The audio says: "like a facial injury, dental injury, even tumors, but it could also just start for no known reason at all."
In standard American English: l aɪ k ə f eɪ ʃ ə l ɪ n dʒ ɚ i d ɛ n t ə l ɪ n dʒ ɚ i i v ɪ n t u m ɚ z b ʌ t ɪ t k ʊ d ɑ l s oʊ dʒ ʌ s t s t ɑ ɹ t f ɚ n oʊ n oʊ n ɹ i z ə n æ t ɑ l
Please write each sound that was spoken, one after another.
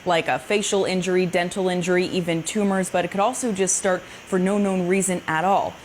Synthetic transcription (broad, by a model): l aɪ k ə f eɪ ʃ l ɪ n dʒ ɚ i d ɛ n t l ɪ n dʒ ɚ i i v ɪ n t u m ɚ z b ʌ t ɪ t k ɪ d ɑ l s oʊ dʒ ʌ s t s t ɑ ɹ t f ɚ n oʊ n oʊ n ɹ i z ə n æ t ɑ l